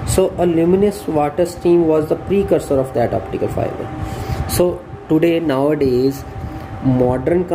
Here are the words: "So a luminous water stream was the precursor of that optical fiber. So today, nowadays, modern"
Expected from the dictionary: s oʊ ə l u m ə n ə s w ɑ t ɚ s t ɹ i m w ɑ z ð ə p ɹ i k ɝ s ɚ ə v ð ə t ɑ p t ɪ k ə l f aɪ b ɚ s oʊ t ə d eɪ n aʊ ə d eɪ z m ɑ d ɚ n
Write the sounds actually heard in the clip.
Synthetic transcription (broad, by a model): s oʊ ə l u m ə n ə s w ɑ t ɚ s t i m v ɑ z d ə p ɹ i k ɝ s ɚ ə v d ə t ɑ p t ɪ k ə l f aɪ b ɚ s oʊ t ə d eɪ n aʊ ə d eɪ z m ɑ d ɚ n